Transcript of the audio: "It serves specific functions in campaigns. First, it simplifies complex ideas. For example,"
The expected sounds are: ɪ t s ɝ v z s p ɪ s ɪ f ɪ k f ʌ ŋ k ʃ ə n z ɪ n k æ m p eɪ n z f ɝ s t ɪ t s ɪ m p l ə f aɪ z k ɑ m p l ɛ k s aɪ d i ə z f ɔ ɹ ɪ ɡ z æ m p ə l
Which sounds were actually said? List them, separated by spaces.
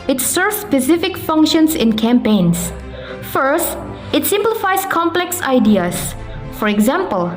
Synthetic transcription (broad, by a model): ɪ t s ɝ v s p ɪ s ɪ f ɪ k f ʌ ŋ k ʃ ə n s ɪ n k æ m p eɪ n s f ɝ s t ɪ t s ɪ m p l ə f aɪ s k ɑ m p l ɛ k s aɪ d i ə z f ɔ ɹ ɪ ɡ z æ m p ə l